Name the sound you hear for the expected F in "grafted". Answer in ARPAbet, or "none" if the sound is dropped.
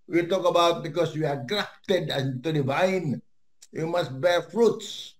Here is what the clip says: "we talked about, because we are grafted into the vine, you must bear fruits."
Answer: P